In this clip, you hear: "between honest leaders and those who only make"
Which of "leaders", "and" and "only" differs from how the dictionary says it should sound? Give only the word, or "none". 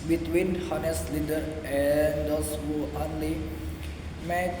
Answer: leaders